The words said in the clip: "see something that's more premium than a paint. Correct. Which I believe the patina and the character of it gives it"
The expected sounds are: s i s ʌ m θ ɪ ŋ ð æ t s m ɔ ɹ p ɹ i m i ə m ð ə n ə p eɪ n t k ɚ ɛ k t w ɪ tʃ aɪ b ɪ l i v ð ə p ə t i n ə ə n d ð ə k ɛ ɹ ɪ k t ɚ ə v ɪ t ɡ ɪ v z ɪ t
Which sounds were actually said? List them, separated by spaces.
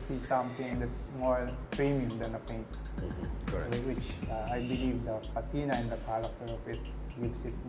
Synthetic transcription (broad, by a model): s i s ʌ m t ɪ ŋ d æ t s m ɔ ɹ p ɹ i m i ə m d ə n ə p eɪ n t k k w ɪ tʃ aɪ b ɪ l i v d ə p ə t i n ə ə n d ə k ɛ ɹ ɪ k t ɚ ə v ɪ t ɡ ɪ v s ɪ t